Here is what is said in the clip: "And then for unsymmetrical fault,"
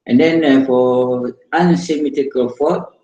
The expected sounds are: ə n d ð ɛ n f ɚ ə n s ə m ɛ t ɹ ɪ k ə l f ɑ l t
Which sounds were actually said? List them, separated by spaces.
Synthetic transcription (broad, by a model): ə n d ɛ n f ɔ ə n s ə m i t ɪ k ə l f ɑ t